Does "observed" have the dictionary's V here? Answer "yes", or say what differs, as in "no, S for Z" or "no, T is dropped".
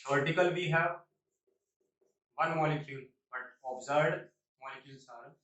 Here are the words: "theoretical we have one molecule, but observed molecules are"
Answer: no, V is dropped